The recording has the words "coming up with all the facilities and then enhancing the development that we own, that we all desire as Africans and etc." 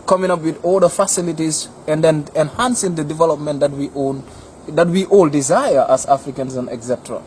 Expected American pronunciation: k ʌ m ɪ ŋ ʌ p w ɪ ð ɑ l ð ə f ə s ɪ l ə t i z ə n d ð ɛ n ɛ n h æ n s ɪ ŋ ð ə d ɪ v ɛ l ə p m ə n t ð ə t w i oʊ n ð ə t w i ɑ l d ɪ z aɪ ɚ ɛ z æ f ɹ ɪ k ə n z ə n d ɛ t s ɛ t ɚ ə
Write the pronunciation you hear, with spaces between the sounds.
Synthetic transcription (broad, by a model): k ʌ m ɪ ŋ ʌ p w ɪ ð ɑ l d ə f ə s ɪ l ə t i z ə n d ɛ n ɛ n h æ n s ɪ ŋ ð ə d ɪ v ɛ l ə p m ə n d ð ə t w i oʊ n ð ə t w i ɑ l d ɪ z aɪ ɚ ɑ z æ f ɹ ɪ k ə n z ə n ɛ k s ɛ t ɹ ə